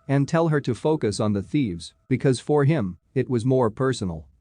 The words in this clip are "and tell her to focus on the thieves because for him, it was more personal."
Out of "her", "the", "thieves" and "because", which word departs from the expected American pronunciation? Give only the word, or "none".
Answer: none